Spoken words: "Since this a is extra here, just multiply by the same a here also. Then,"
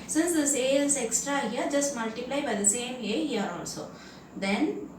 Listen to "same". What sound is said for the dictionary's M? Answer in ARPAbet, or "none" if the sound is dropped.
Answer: M